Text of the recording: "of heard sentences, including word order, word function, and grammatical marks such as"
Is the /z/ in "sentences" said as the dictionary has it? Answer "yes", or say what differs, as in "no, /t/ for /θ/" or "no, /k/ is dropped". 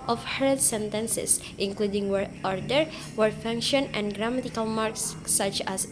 no, /s/ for /z/